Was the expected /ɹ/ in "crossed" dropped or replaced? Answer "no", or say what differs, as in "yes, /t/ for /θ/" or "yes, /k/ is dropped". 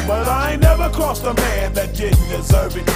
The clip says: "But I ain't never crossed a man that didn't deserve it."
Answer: yes, /ɹ/ is dropped